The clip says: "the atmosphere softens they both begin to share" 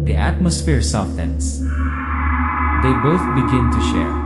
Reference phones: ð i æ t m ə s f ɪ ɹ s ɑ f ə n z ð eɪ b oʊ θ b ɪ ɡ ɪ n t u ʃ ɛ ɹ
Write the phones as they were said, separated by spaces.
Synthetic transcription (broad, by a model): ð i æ t m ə s f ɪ ɹ s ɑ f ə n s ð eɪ b oʊ θ b ɪ ɡ ɪ n t u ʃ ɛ ɹ